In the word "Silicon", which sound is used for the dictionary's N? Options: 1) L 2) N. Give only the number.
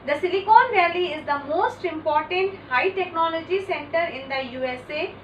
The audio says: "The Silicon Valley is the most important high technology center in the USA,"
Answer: 2